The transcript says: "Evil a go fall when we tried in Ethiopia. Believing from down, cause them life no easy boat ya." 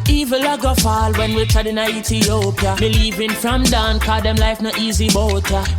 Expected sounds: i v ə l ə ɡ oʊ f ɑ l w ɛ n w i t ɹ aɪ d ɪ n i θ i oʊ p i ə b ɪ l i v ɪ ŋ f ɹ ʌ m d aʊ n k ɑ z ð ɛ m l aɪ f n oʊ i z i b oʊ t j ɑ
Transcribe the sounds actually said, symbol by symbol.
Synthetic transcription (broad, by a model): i v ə l ə ɡ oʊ f ɑ l w ɛ n w i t aɪ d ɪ n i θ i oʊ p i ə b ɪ l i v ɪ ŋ f ɹ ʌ m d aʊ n k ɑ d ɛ m l aɪ f n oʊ i z i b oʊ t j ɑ